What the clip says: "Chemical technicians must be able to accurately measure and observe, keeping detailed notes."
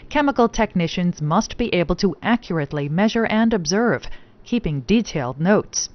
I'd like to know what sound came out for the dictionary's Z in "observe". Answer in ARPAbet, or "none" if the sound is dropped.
Z